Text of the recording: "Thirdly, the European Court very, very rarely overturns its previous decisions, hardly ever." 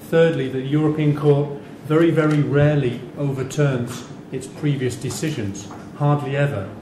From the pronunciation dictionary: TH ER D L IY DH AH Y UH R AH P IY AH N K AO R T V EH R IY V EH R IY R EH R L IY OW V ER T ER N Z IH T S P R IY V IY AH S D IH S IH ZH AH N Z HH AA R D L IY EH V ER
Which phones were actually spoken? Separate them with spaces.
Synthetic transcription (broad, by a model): TH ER D L IY DH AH Y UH R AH P IY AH N K AO R T V EH R IY V EH R IY R EH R L IY OW V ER T ER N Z IH T S P R IY V IY AH S D IH S IH ZH AH N Z HH AA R D L IY EH V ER